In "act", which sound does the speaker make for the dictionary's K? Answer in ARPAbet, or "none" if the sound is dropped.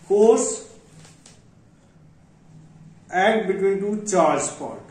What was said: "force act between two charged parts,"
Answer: none